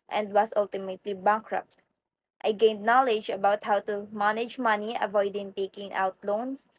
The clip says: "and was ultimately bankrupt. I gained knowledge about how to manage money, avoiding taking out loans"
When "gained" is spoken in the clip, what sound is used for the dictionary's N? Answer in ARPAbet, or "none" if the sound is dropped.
N